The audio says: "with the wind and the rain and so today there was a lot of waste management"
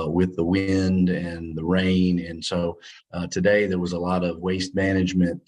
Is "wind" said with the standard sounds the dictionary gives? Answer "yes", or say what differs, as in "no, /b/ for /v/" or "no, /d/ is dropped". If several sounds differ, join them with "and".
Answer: yes